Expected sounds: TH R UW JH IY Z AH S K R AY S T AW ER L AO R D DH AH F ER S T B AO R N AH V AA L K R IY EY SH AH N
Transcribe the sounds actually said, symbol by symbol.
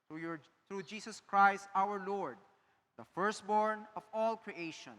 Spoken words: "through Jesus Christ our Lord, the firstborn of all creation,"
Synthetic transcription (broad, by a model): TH R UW JH IY S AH S K R AY S T AW ER L AO R D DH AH F ER S T B AO R N AH V AA L K R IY EY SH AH N